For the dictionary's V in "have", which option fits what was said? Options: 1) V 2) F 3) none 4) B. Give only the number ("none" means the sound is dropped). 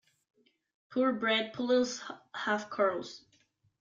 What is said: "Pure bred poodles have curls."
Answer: 2